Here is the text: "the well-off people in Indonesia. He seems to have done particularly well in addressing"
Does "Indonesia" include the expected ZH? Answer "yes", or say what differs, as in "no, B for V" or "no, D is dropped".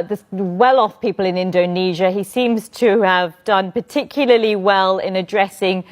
yes